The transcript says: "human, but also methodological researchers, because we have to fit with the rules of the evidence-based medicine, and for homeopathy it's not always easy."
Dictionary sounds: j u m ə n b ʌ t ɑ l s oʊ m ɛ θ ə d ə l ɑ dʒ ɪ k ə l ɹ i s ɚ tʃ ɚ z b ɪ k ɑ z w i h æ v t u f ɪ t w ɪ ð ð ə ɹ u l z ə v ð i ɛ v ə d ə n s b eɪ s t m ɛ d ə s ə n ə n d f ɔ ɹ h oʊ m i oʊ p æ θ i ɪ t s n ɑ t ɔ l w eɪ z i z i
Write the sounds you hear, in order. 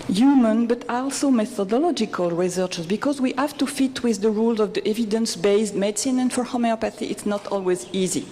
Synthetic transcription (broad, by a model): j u m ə n b ʌ t ɑ l s oʊ m ɛ θ ə d ə l ɑ dʒ ɪ k ə l ɹ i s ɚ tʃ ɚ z b ɪ k ɑ z w i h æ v t u f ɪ t w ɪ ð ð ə ɹ u l z ə v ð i ɛ v ə d ə n s b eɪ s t m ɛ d s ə n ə n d f ɔ ɹ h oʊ m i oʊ p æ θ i ɪ t s n ɑ t ɔ l w eɪ z i z i